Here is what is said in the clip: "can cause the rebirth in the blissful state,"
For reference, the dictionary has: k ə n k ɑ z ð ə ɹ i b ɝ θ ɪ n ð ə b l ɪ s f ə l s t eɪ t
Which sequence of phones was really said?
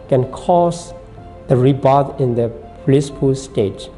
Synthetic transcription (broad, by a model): k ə n k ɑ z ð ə ɹ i b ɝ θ ɪ n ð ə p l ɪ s p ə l s t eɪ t